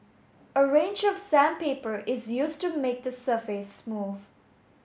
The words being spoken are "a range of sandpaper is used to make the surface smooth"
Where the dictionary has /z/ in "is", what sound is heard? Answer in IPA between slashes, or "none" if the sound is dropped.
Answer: /z/